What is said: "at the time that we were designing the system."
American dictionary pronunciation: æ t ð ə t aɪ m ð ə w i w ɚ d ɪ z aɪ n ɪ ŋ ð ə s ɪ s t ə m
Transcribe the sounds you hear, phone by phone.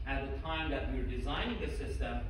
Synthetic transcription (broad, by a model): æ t ð ə t aɪ m ð ə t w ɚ d ɪ z aɪ n ɪ ŋ ð ə s ɪ s t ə m